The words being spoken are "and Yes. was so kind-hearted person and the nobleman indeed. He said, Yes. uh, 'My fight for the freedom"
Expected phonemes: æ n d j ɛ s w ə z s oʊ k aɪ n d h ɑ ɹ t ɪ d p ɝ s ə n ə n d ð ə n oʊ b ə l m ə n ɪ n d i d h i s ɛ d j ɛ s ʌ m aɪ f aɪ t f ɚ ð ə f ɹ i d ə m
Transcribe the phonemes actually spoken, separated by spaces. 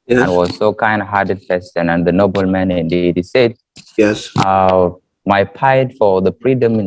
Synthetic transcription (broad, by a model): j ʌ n w ə z s oʊ k aɪ n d h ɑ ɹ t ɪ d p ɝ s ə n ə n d ð ə n oʊ b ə l m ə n ɪ n d i d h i s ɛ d j ɛ s ʌ m aɪ p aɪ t f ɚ ð ə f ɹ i d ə m